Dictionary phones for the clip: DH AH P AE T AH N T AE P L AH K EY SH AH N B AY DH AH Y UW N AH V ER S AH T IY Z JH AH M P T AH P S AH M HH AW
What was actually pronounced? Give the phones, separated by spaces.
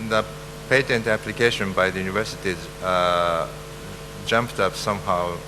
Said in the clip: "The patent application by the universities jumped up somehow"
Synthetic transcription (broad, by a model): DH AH P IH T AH N T AE P L AH K EY SH AH N B AY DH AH Y UW N AH V ER S AH T IY Z JH AH M P T AH P S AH M HH AW